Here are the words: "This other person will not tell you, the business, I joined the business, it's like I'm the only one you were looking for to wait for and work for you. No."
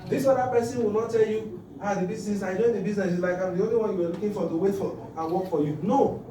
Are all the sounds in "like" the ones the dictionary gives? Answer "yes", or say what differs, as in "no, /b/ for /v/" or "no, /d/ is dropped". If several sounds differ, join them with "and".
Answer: yes